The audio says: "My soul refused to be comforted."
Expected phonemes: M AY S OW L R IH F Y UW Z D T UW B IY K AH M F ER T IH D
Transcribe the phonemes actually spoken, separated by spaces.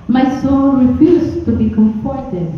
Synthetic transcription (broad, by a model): M AY S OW N R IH F Y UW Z T UW B IY K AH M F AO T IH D